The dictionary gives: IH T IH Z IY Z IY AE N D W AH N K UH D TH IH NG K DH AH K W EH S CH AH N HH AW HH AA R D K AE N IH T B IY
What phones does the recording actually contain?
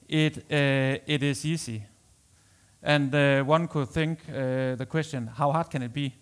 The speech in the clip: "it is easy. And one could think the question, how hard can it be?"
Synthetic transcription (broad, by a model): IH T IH S IY S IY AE N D W AH N K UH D TH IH NG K DH AH K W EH S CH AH N HH AW HH AA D K AE N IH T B IY